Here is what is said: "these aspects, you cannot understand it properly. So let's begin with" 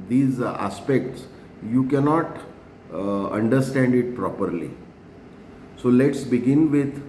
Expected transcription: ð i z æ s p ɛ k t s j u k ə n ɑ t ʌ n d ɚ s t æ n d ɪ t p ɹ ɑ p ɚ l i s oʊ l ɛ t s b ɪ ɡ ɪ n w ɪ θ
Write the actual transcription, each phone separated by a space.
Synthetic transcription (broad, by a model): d i z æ s p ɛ k t s j u k ə n ɑ t ʌ n d ɚ s t æ n d ɪ t p ɹ ɑ p ɚ l i s oʊ l ɛ t s b ɪ ɡ ɪ n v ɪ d